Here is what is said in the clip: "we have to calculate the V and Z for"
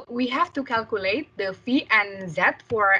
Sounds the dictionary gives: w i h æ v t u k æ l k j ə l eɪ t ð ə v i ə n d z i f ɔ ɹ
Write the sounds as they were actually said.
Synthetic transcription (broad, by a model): w i h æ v t u k æ l k j ə l eɪ t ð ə f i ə n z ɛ f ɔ ɹ